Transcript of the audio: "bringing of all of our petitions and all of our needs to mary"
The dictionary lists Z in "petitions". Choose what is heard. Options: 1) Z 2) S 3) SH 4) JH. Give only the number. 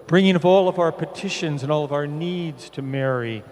1